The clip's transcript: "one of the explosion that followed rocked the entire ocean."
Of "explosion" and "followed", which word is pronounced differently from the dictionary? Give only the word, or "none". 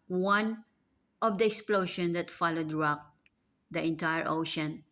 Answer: explosion